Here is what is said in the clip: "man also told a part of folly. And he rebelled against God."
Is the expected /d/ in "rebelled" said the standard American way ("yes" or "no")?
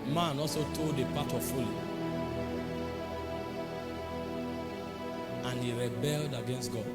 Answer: yes